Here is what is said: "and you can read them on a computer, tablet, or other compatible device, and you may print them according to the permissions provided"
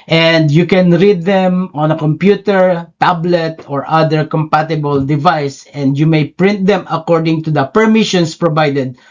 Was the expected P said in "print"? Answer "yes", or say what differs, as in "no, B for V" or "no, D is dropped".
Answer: yes